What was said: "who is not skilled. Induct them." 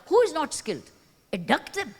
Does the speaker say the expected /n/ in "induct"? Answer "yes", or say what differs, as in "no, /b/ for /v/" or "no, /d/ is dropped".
no, /n/ is dropped